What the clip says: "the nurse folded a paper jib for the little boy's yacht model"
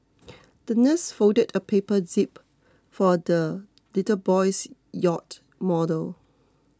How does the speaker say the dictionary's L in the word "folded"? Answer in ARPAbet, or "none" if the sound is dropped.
none